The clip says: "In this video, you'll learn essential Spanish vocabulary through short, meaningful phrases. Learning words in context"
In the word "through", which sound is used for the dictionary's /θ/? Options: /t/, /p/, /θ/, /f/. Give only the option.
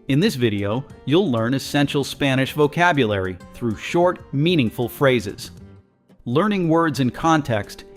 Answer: /θ/